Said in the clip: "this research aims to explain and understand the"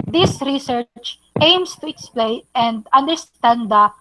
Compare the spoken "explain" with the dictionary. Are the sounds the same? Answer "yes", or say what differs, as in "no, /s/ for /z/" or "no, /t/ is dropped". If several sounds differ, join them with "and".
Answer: yes